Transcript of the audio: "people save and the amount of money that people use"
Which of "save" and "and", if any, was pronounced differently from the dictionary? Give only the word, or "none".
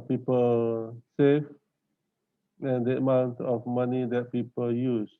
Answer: save